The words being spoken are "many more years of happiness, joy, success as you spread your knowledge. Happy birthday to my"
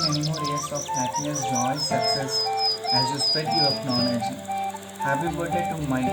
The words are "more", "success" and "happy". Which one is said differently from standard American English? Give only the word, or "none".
happy